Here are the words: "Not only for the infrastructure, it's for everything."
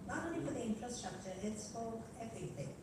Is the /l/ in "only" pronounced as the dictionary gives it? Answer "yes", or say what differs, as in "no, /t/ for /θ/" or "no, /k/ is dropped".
no, /l/ is dropped